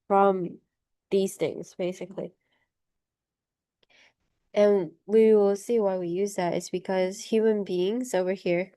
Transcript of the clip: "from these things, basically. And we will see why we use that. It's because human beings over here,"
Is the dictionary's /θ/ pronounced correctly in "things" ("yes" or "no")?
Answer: yes